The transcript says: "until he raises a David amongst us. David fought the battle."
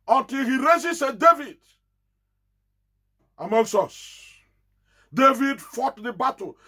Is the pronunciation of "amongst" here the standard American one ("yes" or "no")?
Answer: no